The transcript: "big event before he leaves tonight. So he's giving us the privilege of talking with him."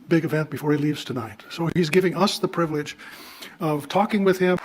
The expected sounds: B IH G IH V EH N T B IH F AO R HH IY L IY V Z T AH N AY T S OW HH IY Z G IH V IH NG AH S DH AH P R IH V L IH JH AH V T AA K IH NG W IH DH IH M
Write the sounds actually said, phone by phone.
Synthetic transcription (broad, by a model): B IH G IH V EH N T B IH F AO R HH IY L IY V Z T AH N AY T S OW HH IY Z G IH V IH NG AH S DH AH P R IH V L IH JH AH V T AA K IH NG W IH DH IH M